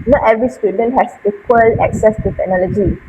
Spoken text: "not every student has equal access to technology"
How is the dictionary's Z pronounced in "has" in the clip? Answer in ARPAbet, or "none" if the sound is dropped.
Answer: S